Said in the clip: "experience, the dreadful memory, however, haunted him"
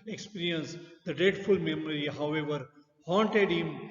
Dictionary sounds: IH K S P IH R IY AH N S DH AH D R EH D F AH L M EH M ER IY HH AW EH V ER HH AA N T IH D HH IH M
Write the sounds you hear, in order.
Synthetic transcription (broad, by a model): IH K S P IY R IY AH N S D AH D EH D F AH L M EH M ER IY HH AW EH V ER HH AA N T IH D HH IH M